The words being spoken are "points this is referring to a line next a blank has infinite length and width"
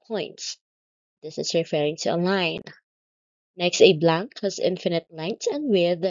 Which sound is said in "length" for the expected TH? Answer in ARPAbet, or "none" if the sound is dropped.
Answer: T